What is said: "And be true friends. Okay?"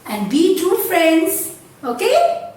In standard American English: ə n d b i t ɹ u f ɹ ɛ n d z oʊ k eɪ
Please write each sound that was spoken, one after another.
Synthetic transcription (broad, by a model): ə n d b i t u f ɹ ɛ n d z oʊ k eɪ